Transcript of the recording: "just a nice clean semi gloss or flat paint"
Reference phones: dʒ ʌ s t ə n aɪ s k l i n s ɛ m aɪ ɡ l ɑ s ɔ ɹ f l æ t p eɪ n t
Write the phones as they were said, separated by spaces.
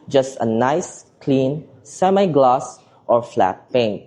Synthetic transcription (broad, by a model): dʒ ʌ s t ə n aɪ s k l i n s ɛ m aɪ ɡ l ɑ s ɔ ɹ f l æ t p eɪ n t